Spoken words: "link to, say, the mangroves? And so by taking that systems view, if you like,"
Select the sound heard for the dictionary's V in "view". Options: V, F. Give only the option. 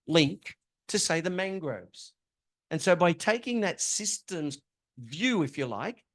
V